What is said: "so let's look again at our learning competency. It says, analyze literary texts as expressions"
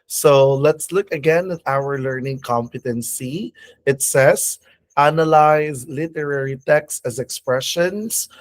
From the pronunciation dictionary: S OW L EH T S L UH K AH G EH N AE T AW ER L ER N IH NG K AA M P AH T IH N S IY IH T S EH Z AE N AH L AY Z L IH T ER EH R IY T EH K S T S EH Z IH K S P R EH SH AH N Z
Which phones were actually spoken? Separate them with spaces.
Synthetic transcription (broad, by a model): S OW L EH T S L UH K AH G EH N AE T AW ER L ER N IH NG K AA M P AH T IH N S IY IH T S EH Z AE N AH L AY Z L IH T ER EH R IY T EH K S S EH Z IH K S P R EH SH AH N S